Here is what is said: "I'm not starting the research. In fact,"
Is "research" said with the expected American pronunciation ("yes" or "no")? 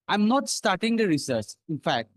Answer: no